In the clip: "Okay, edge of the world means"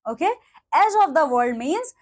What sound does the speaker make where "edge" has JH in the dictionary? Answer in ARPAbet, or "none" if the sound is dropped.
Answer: Z